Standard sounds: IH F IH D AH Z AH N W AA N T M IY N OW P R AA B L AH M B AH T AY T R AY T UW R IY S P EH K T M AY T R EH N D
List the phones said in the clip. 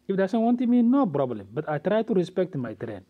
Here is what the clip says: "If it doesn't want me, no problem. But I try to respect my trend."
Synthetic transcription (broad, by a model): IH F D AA S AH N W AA N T M IY N OW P R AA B L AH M B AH T AY T R AY T UW R IY S P EH K T M AY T R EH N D